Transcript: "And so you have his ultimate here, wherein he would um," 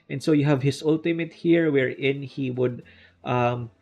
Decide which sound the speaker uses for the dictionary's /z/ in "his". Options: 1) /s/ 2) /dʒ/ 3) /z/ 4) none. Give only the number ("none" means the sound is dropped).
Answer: 1